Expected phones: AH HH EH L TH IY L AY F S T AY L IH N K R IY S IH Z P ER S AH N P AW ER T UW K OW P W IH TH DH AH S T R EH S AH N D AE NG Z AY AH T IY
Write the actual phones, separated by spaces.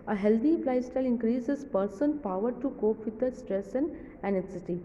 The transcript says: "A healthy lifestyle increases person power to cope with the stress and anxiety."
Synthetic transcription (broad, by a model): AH HH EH L T IY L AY S T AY L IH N K R IY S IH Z P ER S AH N P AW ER T UW K OW P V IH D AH S T R EH S AH N D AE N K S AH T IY